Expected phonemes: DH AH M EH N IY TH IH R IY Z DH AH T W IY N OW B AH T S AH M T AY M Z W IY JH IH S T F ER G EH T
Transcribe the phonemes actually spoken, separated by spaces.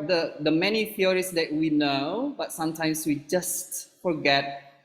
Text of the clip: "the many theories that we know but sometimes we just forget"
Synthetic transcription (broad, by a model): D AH M EH N IY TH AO R IY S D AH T W IY N OW B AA T S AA M T AY M S W IY JH IH S T F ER G EH T